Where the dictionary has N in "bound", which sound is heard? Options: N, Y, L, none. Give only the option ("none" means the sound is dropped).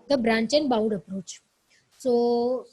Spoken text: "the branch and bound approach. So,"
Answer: none